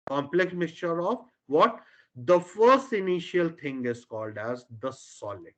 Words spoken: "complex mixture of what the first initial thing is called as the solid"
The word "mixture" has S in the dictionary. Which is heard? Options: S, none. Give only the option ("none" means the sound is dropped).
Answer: S